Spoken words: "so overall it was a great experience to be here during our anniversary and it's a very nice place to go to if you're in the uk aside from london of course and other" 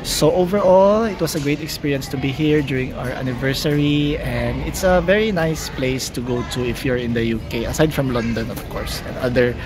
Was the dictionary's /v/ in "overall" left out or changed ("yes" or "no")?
no